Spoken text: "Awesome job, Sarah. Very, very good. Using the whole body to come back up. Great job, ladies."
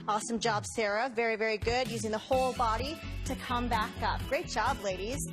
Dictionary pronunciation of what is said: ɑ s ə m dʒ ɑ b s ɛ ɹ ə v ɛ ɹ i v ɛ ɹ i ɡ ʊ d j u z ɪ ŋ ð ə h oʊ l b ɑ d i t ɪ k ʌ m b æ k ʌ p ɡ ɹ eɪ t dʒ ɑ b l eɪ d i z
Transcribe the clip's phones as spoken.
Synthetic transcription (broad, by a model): ɑ s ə m dʒ ɑ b s ɛ ɹ ə v ɛ ɹ i v ɛ ɹ i ɡ ʊ d j u z ɪ ŋ ð ə h oʊ l b ɑ d i t ɪ k ʌ m b æ k ʌ p ɡ ɹ eɪ t dʒ ɑ b l eɪ d i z